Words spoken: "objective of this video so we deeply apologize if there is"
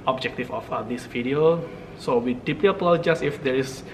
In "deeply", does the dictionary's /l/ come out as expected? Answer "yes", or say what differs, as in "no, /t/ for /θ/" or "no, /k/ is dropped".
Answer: no, /l/ is dropped